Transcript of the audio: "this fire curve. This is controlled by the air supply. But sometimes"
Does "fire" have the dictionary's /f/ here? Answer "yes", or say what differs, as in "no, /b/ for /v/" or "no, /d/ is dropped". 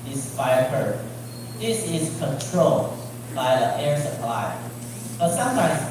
no, /p/ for /f/